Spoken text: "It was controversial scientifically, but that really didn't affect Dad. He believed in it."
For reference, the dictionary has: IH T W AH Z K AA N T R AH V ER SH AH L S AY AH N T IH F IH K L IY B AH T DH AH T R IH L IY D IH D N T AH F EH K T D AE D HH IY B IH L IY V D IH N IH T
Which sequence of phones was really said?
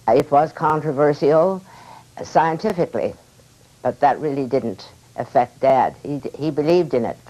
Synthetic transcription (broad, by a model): IH T W AH Z K AA N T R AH V ER S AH L S AY AH N T IH F IH K L IY B AH T DH AH T R IH L IY D IH D N T AH F EH K T D AE D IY IY B IH L IY V D IH N IH T